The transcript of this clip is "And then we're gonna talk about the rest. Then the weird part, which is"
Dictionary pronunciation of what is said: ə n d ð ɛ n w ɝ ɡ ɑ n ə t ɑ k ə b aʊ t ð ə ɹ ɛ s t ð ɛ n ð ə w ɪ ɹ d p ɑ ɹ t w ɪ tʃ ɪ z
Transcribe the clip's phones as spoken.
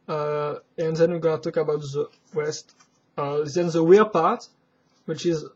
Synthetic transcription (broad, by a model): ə n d ð ɛ n w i ɡ ɑ n ə t ɑ k ə b aʊ t ð ə w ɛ s t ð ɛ n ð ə w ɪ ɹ p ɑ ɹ t w ɪ tʃ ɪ z